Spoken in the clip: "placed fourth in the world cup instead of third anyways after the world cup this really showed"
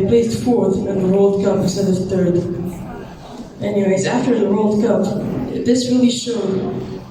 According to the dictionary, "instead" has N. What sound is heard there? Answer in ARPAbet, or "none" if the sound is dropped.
none